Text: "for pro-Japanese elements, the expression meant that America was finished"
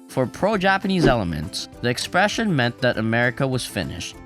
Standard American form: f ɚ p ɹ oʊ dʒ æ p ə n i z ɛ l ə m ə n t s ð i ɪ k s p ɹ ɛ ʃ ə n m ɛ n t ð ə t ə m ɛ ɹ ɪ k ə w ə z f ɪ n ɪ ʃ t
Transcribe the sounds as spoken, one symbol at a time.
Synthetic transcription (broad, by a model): f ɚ p ɹ oʊ dʒ æ p ə n i z ɛ l ə m ə n t s ð i ɪ k s p ɹ ɛ ʃ ə n m ɛ n ð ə t ə m ɛ ɹ ɪ k ə w ə z f ɪ n ɪ ʃ t